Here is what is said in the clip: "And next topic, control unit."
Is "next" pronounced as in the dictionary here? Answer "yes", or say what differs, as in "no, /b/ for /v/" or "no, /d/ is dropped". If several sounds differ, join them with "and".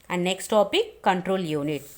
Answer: yes